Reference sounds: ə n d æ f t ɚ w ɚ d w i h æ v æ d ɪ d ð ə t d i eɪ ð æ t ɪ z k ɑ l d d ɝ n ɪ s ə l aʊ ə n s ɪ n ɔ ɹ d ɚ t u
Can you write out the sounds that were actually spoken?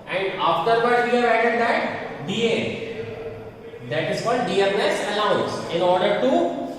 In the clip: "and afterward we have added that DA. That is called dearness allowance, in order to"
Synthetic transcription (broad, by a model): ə n d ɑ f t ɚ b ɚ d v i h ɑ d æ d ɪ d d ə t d i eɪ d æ t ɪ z k ɑ l d d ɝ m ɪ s ə l aʊ ə n s ɪ n ɔ ɹ d ɚ t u